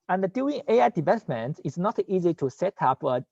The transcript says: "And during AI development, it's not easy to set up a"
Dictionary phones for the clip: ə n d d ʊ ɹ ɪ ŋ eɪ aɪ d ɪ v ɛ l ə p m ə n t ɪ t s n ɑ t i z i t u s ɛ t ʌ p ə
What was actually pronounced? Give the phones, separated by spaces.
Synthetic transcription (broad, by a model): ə n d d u ɪ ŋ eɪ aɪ d ɪ v ɛ l ə p m ə n t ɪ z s n ɑ t i z i t u s ɛ t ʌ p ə